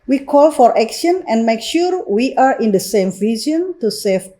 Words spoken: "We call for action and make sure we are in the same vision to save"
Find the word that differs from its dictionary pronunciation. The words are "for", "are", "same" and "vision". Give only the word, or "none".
vision